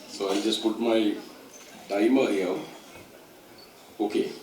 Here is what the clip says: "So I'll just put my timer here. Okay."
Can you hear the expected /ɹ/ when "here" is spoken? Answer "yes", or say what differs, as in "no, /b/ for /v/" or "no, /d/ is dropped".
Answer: no, /w/ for /ɹ/